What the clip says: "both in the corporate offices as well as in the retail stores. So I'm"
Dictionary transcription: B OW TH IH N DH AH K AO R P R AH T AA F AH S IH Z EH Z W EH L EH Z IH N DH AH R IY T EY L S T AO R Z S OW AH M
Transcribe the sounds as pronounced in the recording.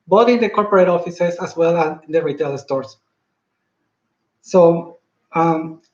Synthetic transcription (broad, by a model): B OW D IH N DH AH K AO R P R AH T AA F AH S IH S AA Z W EH L IH N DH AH R IY T EY L S T AO R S S OW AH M